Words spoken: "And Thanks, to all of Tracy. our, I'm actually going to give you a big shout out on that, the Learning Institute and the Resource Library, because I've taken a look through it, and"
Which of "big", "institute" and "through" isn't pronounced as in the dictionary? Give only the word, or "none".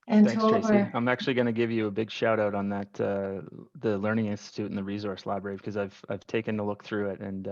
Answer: none